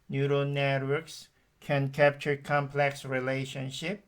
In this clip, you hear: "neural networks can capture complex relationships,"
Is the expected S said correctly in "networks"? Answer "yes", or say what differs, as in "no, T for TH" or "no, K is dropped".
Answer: yes